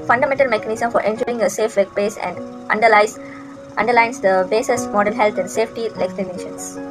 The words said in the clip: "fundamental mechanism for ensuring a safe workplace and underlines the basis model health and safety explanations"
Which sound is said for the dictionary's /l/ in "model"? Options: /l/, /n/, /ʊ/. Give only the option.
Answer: /n/